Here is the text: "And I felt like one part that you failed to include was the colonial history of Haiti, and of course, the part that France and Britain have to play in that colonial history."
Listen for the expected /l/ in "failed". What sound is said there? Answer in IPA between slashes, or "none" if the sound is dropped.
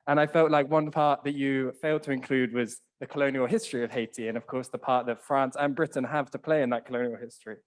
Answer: /l/